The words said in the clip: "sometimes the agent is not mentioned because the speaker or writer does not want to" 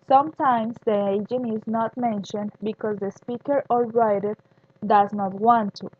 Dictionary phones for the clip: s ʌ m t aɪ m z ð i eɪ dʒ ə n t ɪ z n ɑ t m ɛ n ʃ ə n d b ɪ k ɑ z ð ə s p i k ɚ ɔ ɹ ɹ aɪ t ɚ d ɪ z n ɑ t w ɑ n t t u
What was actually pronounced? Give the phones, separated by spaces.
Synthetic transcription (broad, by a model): s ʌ m t aɪ m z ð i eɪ dʒ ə n ɪ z n ɑ t m ɛ n ʃ ə n d b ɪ k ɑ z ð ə s p i k ɚ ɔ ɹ ɹ aɪ t ɚ d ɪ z n ɑ t w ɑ n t t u